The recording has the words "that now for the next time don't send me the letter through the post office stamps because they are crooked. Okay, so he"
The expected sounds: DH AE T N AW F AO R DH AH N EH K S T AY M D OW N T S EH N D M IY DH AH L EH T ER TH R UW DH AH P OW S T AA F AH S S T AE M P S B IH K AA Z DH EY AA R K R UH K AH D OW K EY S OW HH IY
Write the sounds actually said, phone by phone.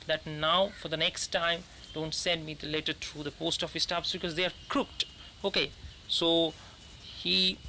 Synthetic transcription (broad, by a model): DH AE T N AW F AO R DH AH N EH K S T AY M D OW N T S EH N D M IY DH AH L EH T ER T R UW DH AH P OW S T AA F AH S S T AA P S B IH K AA Z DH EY AA R K R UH K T OW K EY S OW HH IY